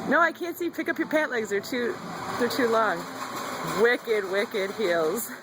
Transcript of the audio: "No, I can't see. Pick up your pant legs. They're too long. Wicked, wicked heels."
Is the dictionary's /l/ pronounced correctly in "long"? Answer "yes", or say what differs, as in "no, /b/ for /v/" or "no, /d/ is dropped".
yes